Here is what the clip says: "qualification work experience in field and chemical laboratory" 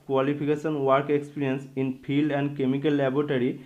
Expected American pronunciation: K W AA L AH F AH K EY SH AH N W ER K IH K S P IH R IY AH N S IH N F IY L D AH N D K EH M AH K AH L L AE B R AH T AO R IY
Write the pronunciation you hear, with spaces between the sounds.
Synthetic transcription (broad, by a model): K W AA L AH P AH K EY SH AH N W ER K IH K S P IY R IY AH N S IH N P IY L D AH N D K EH M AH K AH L L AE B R T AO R IY